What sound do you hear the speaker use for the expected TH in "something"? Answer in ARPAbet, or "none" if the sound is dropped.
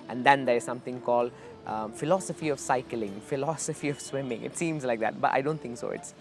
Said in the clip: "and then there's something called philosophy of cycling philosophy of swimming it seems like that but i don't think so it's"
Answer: T